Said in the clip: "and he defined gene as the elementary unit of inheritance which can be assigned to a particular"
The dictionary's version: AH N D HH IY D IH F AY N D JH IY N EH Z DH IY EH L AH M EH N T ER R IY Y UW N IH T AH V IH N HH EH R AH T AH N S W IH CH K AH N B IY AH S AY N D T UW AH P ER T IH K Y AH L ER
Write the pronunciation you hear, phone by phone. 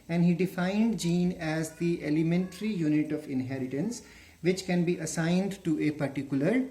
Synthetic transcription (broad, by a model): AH N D HH IY D IH F AY N D JH IY N EH Z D IY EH L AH M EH N T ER R IY Y UW N IH T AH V IH N HH EH R AH T AH N S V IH CH K AH N B IY AH S AY N D T UW AH P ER T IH K Y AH L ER